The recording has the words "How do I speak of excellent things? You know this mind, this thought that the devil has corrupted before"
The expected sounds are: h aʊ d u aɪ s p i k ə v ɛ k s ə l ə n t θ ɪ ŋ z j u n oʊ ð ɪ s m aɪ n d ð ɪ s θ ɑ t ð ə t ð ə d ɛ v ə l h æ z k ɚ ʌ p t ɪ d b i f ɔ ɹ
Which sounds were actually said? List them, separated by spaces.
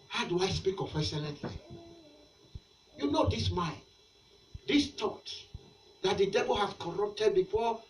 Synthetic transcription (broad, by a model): h aʊ d u aɪ s p i k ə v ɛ s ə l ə t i j u n oʊ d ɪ s m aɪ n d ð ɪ s t ɑ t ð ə t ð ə d ɛ v ə l h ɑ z k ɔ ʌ p t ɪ d b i f ɔ